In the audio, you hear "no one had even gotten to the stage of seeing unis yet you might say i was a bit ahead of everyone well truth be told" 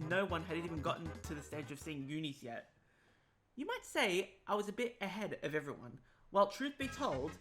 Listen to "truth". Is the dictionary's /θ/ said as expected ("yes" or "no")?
yes